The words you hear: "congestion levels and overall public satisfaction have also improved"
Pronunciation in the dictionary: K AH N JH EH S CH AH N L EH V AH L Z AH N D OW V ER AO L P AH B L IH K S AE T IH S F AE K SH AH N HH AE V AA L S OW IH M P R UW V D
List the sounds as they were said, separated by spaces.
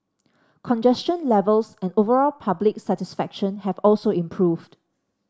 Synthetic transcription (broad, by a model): K AH N JH EH S CH AH N L EH V AH L S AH N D OW V ER AO L P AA B L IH K S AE T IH S F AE K SH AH N HH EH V AA L S OW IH M P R UW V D